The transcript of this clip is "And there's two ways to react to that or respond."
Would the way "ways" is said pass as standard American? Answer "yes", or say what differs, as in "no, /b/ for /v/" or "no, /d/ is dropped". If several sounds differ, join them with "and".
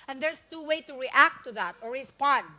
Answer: no, /z/ is dropped